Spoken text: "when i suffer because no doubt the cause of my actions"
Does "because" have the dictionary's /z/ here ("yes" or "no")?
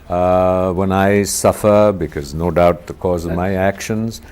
yes